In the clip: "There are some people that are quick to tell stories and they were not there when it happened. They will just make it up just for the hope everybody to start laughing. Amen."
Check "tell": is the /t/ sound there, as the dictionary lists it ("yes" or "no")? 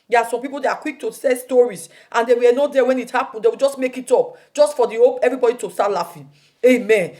no